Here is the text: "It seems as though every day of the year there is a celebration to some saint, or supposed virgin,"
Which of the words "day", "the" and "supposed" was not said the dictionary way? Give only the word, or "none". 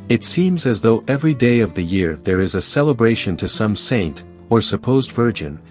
none